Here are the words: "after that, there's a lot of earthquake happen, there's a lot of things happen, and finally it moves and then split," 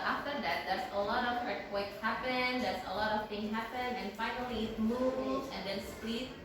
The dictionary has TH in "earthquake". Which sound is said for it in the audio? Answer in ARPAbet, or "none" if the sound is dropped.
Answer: T